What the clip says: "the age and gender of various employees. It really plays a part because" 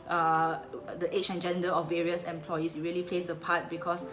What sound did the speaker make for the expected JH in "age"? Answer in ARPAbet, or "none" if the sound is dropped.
CH